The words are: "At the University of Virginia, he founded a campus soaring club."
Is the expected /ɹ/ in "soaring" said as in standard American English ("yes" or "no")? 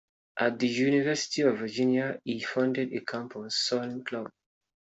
no